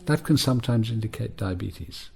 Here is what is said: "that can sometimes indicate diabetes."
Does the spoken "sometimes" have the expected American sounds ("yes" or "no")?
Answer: yes